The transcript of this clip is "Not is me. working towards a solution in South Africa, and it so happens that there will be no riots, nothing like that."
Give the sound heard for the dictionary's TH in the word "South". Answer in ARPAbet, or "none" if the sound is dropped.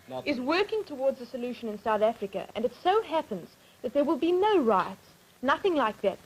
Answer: TH